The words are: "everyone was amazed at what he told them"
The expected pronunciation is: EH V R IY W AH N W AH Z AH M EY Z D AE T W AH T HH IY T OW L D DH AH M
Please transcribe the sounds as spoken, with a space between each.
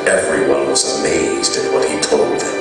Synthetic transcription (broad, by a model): EH V R IY W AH N W AH Z AH M EY Z D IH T W AH T HH IY T OW L D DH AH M